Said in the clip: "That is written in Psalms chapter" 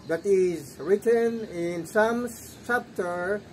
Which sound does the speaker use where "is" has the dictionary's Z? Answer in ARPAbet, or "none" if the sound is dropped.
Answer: Z